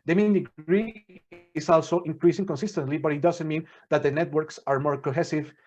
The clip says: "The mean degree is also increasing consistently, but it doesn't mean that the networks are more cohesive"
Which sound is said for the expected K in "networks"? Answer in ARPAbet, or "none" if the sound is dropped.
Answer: K